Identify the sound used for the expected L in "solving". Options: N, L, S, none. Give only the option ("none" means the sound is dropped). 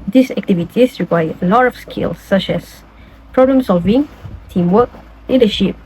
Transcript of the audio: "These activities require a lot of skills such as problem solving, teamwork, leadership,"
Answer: L